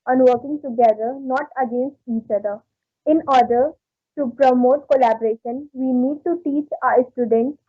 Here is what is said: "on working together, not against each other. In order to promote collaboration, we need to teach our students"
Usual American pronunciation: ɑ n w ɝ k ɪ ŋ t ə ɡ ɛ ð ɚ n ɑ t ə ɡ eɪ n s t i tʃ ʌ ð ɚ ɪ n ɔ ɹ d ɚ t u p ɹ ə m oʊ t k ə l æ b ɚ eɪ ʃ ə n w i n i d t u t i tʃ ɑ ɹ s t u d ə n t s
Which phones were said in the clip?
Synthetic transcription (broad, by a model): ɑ n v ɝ k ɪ ŋ t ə ɡ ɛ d ɚ n ɑ t ə ɡ eɪ n s t i tʃ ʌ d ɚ ɪ n ɔ ɹ d ɚ t u p ɹ ə m oʊ t k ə l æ b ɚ eɪ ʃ ə n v i n i d t u t i tʃ ɑ ɹ s t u d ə n t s